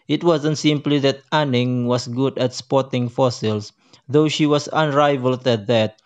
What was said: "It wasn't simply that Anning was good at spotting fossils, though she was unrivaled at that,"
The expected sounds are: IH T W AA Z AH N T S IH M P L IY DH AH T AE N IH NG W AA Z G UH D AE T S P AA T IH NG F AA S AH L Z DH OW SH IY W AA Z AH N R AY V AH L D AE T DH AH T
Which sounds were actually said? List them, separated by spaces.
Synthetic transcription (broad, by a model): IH T W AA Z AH N T S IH M P L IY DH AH T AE N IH NG W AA S G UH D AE T S P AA T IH NG F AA S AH L S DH OW SH IY W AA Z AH N R AY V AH L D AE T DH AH T